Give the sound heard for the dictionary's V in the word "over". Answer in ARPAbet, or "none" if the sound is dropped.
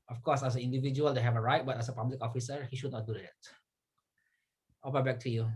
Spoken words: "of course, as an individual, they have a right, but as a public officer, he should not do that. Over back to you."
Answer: B